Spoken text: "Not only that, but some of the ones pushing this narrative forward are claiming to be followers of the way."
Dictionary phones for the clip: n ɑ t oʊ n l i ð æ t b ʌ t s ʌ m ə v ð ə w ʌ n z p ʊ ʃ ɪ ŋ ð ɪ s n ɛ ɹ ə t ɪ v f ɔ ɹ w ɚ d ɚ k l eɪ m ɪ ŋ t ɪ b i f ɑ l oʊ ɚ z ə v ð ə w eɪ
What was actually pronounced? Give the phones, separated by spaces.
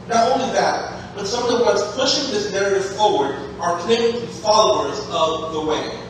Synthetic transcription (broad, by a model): n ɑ t oʊ n l i ð æ t b ʌ t s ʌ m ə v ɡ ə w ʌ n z p ʊ ʃ ɪ ŋ ð ɪ s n ɛ ɹ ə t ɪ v f ɔ ɹ w ɚ d ɚ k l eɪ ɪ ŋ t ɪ f ɑ l oʊ ɚ z ə v ð ə w eɪ